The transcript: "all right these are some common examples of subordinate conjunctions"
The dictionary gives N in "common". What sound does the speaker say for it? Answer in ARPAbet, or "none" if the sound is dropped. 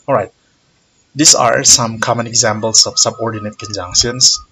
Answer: N